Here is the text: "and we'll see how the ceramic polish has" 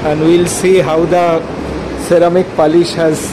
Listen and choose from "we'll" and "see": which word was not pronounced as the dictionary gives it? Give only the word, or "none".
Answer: none